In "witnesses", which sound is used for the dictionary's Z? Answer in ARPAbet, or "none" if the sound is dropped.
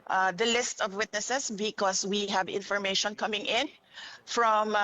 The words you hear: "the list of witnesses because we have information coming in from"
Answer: S